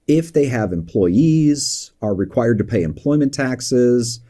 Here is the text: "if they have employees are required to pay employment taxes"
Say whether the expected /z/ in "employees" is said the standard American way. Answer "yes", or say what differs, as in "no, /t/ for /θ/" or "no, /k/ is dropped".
yes